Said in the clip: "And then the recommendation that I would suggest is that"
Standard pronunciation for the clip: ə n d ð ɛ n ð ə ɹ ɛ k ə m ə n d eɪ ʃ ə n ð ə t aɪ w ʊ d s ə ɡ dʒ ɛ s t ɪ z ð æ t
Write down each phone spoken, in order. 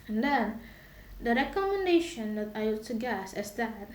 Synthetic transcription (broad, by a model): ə n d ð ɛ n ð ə ɹ ɛ k ə m ə n d eɪ ʃ ə n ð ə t aɪ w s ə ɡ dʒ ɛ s ɪ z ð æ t